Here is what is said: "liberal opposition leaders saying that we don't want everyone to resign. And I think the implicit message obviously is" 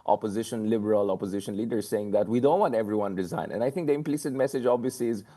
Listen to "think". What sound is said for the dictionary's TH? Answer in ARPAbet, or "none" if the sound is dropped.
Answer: T